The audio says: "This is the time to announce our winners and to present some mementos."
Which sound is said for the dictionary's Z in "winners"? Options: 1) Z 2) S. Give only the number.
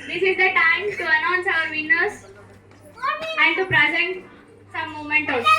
2